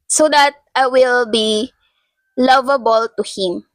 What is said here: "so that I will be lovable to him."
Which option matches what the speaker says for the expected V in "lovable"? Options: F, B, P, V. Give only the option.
V